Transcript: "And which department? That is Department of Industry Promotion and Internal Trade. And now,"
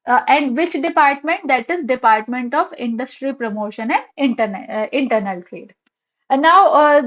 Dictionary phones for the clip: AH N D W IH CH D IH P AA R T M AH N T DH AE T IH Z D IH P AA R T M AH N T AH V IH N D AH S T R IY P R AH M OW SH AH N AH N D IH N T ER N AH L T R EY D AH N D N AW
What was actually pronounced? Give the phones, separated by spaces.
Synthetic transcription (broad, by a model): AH N D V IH CH D IH P AA R T M AH N T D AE T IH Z D IH P AA R T M AH N T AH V IH N D AH S T R IY P R AH M OW SH AH N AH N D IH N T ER N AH N T R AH D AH D N AW